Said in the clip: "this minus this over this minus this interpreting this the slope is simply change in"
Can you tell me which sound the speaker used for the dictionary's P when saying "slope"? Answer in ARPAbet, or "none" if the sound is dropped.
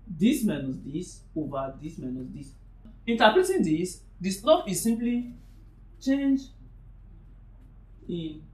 F